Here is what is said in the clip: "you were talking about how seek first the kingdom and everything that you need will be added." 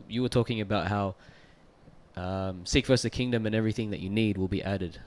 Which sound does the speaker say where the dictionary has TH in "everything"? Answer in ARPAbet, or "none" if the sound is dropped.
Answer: TH